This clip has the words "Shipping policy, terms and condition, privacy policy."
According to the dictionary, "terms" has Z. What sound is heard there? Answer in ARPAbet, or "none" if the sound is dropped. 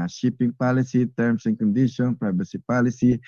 S